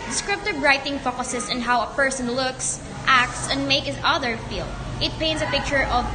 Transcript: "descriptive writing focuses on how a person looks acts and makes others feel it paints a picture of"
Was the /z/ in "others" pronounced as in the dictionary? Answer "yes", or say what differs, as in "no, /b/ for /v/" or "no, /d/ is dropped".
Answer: no, /z/ is dropped